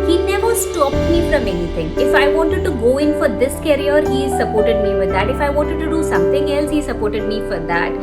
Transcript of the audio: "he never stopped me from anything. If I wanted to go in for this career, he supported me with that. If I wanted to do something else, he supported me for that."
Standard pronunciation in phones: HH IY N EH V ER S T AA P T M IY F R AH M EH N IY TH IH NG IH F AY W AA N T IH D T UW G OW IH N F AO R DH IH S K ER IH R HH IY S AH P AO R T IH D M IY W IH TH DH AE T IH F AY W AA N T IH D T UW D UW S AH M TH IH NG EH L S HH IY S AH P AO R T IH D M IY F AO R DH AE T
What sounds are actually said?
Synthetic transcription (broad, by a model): HH IY N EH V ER S T AA P T M IY F R AH M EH N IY T IH NG IH F AY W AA N T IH D T UW G OW IH N F AO R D IH S K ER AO R HH IY S AH P AO R T IH D M IY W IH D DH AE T IH F AY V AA N T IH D T UW D UW S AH M T IH NG EH L S HH IY S AH P AO R T IH D M IY F AO R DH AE T